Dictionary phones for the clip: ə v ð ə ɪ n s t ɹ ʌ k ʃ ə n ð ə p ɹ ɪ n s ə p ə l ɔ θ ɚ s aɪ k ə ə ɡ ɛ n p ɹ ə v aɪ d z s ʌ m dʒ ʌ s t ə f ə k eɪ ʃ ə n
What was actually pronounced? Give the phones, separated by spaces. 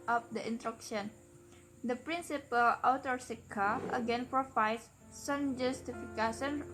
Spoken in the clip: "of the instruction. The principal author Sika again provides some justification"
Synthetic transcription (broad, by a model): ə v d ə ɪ n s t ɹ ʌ k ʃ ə n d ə p ɹ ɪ n s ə p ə l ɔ t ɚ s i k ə ə ɡ ɛ n p ɹ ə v aɪ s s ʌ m dʒ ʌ s t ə f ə k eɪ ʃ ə n